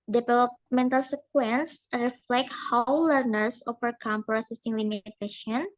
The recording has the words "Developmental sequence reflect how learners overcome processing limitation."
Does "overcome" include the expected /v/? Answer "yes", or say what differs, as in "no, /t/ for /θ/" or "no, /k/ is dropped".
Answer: no, /f/ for /v/